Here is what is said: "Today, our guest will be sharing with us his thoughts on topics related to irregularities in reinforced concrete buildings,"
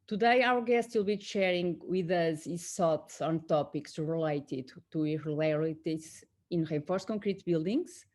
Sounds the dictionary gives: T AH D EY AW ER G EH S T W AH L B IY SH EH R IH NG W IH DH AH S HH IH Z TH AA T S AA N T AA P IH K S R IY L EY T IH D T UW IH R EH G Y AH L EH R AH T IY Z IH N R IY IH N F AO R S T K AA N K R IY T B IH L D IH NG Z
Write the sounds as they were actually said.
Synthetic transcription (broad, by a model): T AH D EY AW ER G EH S T W AH L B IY SH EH R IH NG W IH DH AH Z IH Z S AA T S AA N T AA P IH K S R IY L EY T IH D T UW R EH L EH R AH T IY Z IH N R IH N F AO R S K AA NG K R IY T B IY L D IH NG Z